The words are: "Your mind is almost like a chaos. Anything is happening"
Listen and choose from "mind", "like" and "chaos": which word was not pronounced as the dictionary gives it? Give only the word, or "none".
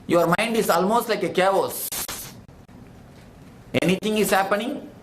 none